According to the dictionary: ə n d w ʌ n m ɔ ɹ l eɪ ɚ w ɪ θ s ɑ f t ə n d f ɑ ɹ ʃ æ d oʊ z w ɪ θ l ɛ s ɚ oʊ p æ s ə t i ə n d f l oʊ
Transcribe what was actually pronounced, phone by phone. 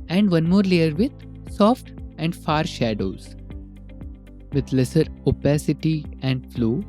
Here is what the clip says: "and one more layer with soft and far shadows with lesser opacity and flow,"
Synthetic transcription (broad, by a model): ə n d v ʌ n m ɔ ɹ l eɪ ɚ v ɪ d s ɑ f t ə n d f ɑ ɹ ʃ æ d oʊ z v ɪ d l ɛ s ɚ oʊ p æ s ə t i ə n d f l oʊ